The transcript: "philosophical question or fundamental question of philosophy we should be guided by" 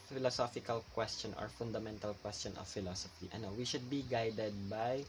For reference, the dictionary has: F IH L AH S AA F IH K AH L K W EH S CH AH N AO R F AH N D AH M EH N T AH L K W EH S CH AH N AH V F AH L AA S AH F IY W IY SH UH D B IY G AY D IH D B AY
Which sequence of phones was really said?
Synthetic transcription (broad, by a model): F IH L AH S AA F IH K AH L K W EH S CH AH N AO R F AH N D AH M EH N T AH L K W EH S CH AH N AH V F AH L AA S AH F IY W IY SH UH D B IY G AY D IH D B AY